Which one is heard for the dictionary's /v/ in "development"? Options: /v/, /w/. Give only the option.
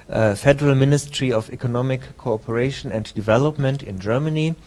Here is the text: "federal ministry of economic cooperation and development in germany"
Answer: /v/